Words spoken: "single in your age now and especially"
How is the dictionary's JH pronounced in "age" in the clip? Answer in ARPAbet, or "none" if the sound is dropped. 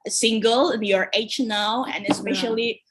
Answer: CH